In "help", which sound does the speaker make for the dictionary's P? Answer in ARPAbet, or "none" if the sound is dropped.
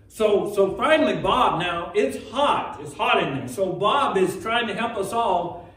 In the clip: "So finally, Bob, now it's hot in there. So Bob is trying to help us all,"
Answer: P